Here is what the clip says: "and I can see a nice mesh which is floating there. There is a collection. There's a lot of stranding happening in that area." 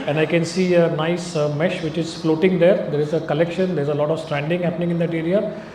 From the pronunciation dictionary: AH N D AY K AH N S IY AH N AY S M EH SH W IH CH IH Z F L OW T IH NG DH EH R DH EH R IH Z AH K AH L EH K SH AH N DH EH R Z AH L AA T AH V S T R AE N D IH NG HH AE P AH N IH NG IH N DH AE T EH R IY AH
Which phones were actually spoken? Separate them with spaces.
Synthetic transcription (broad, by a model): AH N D AY K AH N S IY AH N AY S M EH SH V IH CH IH Z F L OW T IH NG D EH R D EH R IH Z AH K AH L EH K SH AH N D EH R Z AH L AA T AH V S T R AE N D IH NG HH AE P AH N IH NG IH N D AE T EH R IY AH